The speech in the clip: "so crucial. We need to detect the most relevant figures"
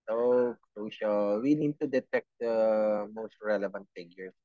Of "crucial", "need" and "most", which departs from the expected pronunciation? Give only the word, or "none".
none